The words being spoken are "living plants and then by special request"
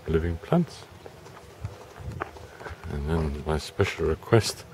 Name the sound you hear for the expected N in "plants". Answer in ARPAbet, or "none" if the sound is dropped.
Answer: N